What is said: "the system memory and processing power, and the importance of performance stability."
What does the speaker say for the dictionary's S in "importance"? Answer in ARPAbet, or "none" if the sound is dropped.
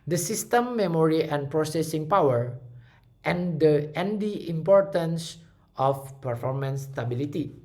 S